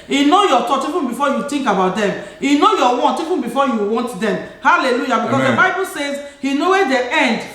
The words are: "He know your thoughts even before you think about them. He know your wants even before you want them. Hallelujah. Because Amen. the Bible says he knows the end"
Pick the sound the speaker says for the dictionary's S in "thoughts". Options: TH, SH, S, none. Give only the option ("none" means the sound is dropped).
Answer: none